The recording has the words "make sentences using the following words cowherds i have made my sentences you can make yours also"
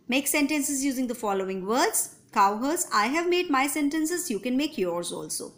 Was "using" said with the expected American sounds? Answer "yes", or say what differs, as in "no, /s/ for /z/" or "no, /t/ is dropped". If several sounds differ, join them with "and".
yes